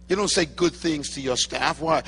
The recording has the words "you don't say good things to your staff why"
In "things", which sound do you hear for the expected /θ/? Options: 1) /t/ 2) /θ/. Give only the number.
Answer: 2